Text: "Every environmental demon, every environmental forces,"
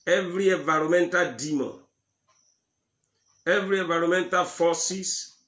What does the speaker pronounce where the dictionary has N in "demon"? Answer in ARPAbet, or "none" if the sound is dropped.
none